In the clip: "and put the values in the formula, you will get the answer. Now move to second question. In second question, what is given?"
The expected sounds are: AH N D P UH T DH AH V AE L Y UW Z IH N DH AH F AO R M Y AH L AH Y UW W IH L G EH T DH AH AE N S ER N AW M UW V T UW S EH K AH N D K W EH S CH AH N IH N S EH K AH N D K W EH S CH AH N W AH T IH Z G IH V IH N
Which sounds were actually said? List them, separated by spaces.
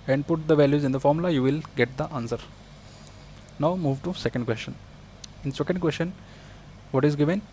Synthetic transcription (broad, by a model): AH N D P UH T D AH V AE L Y UW Z IH N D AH F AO R M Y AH L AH Y UW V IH L G EH T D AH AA N S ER N AW M UW V T UW S EH K AH N D K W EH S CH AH N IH N S EH K AH N D K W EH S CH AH N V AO T IH Z G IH V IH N